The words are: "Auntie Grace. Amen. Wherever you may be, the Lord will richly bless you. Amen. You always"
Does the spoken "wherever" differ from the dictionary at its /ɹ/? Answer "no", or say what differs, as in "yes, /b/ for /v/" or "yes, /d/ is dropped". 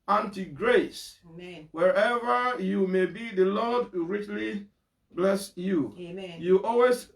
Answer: no